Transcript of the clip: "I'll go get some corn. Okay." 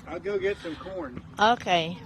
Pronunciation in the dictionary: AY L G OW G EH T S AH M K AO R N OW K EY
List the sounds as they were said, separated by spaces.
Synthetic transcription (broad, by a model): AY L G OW G EH T S AH M K AO R N OW K EY